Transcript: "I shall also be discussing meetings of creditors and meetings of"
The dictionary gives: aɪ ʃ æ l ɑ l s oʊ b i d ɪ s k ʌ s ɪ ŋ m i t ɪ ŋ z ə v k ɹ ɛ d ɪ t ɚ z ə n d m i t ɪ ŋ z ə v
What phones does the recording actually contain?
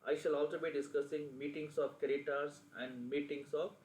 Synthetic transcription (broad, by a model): aɪ ʃ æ l ɑ l s oʊ b i d ɪ s k ʌ s ɪ ŋ m i t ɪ ŋ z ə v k ɛ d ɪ t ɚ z ə n d m i t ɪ ŋ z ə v